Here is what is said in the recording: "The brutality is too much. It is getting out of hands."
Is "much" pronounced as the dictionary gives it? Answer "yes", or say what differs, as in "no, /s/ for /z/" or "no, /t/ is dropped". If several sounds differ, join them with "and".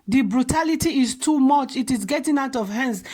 yes